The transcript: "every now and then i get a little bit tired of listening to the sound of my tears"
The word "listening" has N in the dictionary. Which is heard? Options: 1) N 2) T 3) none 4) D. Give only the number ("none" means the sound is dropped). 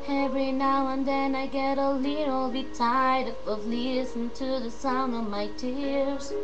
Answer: 3